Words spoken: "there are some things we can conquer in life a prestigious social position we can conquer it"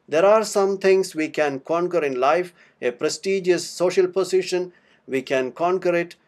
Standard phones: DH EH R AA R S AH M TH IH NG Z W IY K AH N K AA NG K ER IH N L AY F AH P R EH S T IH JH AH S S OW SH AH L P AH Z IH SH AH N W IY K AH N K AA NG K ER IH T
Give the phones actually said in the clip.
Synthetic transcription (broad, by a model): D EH R AA R S AH M T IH NG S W IY K AH N K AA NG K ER IH N L AY F AH P R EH S T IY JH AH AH S OW SH AH L P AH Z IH SH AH N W IY K AH N K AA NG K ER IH T